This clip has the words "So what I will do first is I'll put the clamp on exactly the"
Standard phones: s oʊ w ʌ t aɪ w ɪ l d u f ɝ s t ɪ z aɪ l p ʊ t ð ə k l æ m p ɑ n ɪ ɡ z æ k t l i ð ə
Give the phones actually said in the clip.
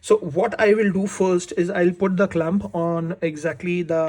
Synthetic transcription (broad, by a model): s oʊ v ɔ t aɪ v ɪ l d u f ɝ s t ɪ z aɪ l p ʊ t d ə k l æ m p ɑ n ɪ ɡ z æ k t l i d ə